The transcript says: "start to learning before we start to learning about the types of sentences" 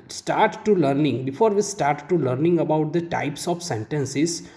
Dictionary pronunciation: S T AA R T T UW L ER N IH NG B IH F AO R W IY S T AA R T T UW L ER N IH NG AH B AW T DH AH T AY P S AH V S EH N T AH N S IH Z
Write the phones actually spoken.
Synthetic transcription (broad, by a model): S T AA R T T UW L ER N IH NG B IH F AO R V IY S T AA R T T UW L ER N IH NG AH B AW T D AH T AY P S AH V S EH N T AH N S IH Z